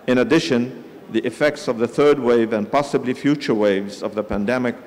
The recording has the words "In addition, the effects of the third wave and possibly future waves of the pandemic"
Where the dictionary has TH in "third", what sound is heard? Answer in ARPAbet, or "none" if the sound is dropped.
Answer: TH